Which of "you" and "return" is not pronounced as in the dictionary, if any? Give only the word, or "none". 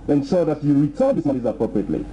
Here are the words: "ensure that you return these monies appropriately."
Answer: return